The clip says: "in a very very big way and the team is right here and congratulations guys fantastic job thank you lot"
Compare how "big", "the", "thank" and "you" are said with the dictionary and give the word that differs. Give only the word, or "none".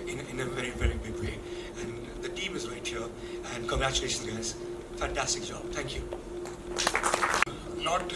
none